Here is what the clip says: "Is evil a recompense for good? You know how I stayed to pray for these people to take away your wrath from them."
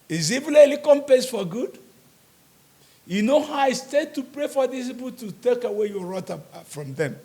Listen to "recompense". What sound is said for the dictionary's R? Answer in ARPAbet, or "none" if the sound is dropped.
L